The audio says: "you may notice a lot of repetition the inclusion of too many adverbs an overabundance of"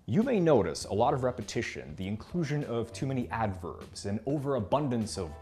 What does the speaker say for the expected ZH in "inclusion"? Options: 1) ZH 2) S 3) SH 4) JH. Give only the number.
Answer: 1